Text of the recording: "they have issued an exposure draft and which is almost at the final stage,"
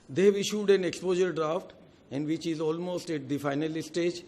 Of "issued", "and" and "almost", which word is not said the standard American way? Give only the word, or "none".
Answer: none